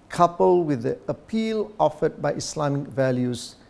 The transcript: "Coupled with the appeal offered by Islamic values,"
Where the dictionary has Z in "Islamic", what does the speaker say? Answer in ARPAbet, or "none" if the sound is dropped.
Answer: S